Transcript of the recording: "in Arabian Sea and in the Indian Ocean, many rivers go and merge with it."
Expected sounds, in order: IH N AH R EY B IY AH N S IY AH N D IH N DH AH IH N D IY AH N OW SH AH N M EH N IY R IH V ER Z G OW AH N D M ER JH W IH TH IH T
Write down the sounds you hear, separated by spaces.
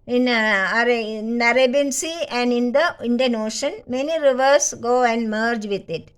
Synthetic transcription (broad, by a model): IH N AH R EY B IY N S IY AH N D IH N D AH IH N D IY AH N OW SH AH N M EH N IY R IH V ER S G OW AH N D M ER JH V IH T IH T